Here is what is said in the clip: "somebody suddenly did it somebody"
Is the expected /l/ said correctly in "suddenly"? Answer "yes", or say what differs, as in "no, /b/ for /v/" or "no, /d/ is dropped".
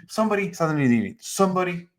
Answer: no, /l/ is dropped